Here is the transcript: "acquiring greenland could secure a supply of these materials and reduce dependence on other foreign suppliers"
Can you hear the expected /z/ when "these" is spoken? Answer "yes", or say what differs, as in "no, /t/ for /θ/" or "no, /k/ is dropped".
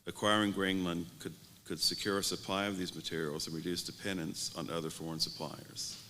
yes